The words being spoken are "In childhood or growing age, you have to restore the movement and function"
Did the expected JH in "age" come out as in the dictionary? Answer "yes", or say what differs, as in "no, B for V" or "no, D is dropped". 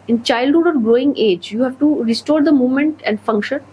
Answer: yes